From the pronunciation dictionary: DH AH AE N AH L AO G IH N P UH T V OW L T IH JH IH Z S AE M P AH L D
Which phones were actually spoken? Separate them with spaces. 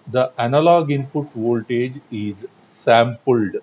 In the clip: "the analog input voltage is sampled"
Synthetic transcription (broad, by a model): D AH AE N AH L AO G IH N P UH T V OW L T IH JH IH Z S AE M P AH L D